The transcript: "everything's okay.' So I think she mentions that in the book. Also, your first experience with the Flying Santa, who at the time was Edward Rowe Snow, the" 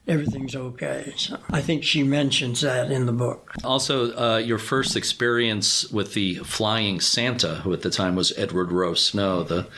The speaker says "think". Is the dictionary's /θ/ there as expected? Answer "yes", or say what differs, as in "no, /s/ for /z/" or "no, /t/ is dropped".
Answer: yes